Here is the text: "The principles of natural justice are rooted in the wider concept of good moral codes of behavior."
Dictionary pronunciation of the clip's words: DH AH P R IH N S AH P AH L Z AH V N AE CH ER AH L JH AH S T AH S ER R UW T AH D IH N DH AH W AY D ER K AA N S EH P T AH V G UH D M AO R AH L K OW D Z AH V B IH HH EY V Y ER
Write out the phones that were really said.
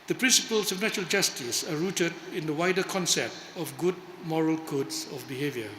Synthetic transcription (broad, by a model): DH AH P R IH N S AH P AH L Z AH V N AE CH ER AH L JH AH S T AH S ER R UW T AH D IH N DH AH W AY D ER K AA N S EH P T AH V G UH D M AO R AH L K OW D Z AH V B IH HH EY V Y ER